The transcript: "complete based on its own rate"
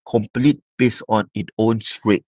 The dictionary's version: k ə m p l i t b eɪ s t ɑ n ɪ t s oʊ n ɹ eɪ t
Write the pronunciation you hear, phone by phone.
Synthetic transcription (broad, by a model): k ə m p l i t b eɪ s ɑ n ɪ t oʊ n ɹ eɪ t